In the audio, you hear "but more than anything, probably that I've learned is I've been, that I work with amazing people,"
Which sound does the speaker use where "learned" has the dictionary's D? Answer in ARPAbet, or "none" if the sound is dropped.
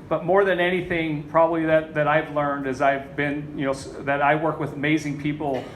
D